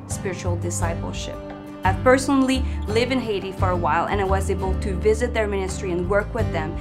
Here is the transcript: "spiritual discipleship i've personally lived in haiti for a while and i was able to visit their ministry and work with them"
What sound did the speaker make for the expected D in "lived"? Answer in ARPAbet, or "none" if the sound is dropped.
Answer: none